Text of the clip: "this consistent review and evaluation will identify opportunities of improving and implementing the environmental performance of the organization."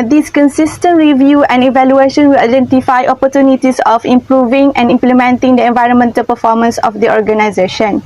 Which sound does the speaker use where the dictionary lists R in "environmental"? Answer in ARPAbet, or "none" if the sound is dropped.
R